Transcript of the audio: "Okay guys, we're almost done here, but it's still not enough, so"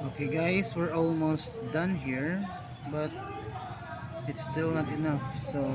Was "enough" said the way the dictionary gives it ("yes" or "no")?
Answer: yes